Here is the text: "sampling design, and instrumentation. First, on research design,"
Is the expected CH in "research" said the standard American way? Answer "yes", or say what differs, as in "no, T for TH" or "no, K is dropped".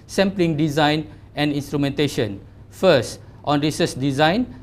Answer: no, S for CH